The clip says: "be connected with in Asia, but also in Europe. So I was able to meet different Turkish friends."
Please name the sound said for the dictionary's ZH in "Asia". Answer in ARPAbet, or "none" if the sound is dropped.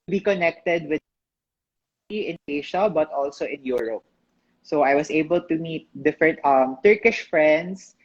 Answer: SH